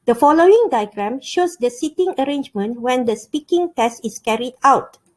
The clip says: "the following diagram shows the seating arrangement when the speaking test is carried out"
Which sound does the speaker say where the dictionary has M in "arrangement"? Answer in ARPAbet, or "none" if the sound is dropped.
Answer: M